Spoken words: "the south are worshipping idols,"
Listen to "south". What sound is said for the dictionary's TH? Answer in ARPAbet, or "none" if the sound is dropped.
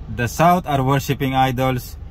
T